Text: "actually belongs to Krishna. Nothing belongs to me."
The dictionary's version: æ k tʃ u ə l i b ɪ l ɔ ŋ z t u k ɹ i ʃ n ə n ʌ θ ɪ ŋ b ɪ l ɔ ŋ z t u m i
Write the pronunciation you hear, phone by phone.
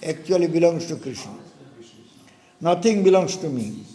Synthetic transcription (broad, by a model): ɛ k tʃ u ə l i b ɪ l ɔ ŋ s t u k ɹ i ʃ n ə n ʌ t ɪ ŋ b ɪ l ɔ ŋ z t u m i